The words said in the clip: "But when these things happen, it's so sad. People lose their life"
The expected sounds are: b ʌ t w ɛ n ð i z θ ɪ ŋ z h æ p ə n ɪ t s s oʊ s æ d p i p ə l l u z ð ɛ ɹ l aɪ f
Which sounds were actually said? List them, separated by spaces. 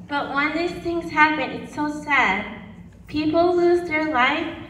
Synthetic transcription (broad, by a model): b ʌ t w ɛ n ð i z θ ɪ ŋ z h æ p ə n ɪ t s s oʊ s æ d p i p l l u z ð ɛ ɹ l aɪ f